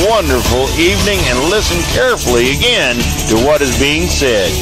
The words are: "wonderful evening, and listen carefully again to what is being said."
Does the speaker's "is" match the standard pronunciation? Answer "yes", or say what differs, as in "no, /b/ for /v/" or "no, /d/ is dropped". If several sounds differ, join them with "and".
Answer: yes